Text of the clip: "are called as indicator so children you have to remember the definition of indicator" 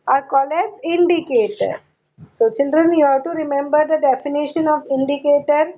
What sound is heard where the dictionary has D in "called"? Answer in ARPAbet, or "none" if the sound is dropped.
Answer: none